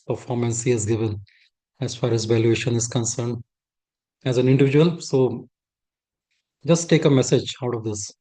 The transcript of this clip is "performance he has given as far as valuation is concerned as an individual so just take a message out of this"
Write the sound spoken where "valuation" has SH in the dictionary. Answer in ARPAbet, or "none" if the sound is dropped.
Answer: SH